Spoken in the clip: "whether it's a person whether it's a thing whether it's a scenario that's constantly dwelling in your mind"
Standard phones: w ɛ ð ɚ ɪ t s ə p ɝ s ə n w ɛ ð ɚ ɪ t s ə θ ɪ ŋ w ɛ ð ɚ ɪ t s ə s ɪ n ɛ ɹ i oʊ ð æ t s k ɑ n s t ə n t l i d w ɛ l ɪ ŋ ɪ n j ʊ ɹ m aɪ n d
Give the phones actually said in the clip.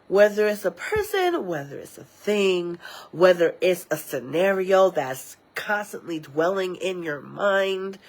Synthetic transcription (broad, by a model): w ɛ ð ɚ ɪ t s ə p ɝ s ə n w ɛ ð ɚ ɪ t s ə θ ɪ ŋ w ɛ ð ɚ ɪ t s ə s ɪ n ɛ ɹ i oʊ ð æ t s k ɑ n s t ə n t l i d w ɛ l ɪ ŋ ɪ n j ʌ ɹ m aɪ n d